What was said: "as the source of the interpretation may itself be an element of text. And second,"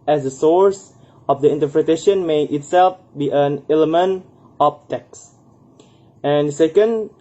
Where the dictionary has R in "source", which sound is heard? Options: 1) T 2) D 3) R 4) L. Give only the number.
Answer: 3